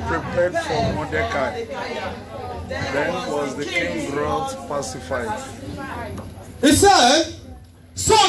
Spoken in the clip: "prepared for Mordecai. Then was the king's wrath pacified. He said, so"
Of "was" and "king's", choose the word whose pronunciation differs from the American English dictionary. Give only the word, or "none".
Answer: king's